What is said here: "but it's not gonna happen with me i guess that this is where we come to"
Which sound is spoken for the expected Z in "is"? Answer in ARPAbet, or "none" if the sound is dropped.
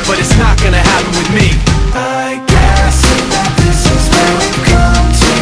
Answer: Z